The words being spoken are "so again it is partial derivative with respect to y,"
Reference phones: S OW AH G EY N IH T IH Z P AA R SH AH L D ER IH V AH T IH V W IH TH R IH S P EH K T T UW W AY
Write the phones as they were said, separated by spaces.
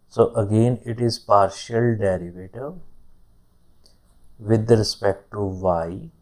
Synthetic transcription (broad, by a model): S OW AH G EY N IH T IH Z P AA R SH AH L D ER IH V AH T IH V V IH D R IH S P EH K T T UW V AY